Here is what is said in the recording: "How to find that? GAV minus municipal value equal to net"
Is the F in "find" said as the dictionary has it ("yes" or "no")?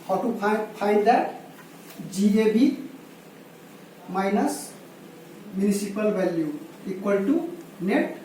no